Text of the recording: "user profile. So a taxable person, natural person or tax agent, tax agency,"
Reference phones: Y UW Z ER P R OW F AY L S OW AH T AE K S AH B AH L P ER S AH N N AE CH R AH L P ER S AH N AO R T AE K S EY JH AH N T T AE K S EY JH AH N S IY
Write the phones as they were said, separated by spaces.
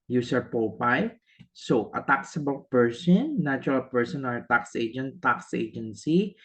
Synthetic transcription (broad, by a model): Y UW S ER P OW P AY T S OW AH T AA K S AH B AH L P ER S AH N N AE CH R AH L P ER S AH N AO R T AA K S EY JH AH N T T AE K S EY JH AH N S IY